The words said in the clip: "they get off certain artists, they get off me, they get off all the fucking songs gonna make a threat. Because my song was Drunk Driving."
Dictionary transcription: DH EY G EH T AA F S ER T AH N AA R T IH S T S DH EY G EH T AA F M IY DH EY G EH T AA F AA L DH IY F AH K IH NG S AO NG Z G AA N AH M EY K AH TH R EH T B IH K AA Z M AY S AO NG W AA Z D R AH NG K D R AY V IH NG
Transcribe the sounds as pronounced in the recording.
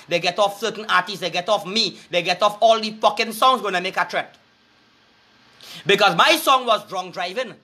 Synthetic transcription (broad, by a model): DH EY G EH T AA F S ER T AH N AA T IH S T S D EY G EH T AA F M IY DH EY G EH T AA F AA L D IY P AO K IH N S AO NG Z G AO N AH M EY K AH T R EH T B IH K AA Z M AY S AO NG W AA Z D R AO NG D R AY V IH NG